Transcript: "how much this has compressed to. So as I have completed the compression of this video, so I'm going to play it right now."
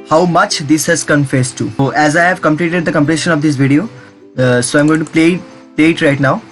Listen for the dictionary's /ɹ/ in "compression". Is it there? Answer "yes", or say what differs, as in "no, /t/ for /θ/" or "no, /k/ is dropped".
no, /l/ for /ɹ/